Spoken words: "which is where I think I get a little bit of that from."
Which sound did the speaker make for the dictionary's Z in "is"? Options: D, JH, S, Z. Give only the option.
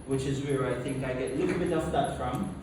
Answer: Z